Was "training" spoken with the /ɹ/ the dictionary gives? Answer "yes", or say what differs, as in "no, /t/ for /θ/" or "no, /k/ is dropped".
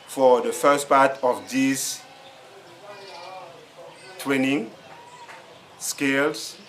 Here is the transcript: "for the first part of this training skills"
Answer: no, /w/ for /ɹ/